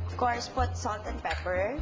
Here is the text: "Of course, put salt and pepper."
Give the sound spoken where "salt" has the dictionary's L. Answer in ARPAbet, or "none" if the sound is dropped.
L